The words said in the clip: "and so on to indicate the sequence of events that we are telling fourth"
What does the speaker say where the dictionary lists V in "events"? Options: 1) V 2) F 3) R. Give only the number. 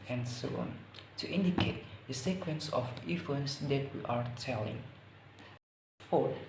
2